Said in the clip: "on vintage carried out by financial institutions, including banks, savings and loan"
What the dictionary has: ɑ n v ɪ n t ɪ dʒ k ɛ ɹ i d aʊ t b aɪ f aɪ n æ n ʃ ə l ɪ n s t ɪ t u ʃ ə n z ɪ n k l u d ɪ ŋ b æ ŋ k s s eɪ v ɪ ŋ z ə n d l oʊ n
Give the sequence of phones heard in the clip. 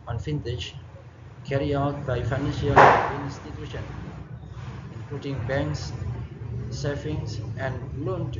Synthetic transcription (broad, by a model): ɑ n f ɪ n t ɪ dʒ k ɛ ɹ i aʊ t b aɪ f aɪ n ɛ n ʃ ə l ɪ n s t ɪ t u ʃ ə n ɪ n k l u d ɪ ŋ b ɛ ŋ k s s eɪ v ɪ ŋ s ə n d l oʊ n